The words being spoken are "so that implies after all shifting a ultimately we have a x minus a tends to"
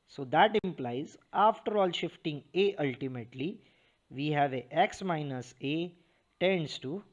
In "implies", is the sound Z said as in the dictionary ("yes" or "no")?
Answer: yes